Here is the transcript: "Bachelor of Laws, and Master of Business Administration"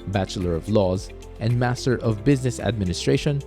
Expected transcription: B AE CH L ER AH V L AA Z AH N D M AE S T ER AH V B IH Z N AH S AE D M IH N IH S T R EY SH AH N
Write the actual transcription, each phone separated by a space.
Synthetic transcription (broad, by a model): B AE CH L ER AH V L AA Z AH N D M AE S T ER AH V B IH Z N AH S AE D M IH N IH S T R EY SH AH N